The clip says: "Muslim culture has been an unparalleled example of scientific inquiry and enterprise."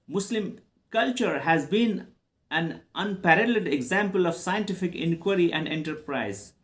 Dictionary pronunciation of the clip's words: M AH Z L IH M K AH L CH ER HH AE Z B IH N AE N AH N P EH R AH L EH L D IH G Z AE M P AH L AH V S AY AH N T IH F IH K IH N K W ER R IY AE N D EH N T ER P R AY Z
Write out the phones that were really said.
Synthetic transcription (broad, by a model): M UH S L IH M K AH L CH ER HH AE Z B IH N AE N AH N P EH R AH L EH D IH G Z AE M P AH L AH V S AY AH N T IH F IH K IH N K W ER R IY AE N D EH N T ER P R AY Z